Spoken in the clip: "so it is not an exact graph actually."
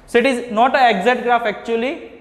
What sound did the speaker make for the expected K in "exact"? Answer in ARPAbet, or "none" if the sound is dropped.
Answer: none